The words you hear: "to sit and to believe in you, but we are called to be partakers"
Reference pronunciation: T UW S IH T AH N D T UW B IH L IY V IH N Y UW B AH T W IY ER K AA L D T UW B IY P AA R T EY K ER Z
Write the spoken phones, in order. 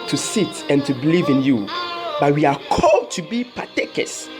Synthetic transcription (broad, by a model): T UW S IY T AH N T UW B IH L IY V IH N Y UW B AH T W IY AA K AA L D T UW B IY P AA T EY K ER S